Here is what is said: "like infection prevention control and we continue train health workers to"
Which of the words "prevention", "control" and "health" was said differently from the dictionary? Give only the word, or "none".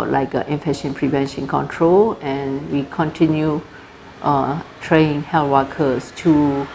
health